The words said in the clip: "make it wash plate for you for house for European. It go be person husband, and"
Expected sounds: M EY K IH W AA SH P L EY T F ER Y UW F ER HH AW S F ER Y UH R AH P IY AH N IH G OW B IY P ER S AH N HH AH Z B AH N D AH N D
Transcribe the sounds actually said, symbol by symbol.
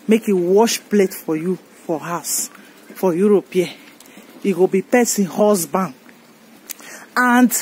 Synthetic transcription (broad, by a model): M EY K IH W AA SH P L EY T F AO Y UW F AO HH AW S F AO Y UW R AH P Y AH IH G OW B IY P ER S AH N HH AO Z B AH N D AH N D